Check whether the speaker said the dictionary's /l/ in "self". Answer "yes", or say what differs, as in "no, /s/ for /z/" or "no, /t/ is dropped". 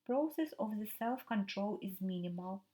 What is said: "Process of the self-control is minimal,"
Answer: yes